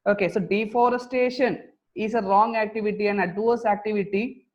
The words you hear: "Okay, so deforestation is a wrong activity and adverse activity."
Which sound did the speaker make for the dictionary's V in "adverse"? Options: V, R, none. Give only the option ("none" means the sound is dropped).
none